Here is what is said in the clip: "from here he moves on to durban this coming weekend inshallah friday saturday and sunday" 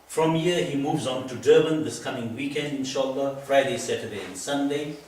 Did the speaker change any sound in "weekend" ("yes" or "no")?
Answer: no